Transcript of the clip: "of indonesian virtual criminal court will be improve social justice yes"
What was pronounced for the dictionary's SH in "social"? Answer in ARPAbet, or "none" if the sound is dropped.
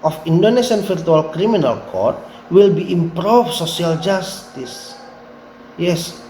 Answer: S